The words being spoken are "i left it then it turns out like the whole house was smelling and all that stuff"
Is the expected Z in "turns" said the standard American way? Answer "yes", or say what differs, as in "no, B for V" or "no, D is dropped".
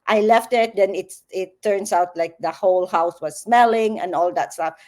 no, S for Z